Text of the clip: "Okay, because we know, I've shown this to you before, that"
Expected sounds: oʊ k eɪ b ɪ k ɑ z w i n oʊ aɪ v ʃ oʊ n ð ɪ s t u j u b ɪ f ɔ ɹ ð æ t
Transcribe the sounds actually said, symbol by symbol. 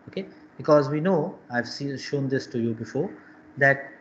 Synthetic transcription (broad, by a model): oʊ k eɪ b ɪ k ɑ z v i n oʊ aɪ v ʃ oʊ n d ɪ s t u j u b ɪ f ɔ ɹ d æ t